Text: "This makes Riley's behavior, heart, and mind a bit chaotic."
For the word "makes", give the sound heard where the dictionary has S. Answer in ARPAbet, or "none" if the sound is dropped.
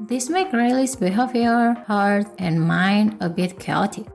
none